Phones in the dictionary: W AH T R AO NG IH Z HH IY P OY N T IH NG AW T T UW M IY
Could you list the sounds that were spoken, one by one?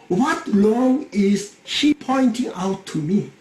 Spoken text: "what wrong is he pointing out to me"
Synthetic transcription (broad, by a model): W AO T L AO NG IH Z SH IY P OY N T IH NG AW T T UW M IY